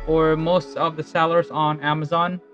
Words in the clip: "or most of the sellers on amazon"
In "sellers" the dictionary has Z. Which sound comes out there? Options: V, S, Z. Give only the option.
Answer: Z